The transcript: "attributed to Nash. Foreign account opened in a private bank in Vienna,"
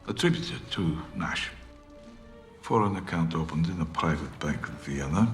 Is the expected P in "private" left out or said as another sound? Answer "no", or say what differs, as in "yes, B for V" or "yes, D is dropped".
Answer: no